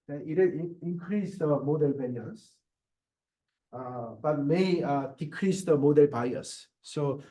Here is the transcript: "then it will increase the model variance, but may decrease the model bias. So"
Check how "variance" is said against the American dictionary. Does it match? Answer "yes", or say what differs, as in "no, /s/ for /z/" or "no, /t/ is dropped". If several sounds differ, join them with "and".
no, /n/ is dropped